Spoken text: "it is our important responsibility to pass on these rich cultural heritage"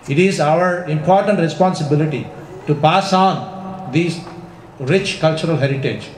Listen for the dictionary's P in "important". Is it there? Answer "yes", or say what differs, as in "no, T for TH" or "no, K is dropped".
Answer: yes